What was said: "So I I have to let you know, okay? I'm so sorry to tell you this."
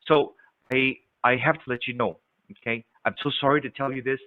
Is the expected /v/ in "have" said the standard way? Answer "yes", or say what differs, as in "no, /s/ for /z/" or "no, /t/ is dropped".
no, /f/ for /v/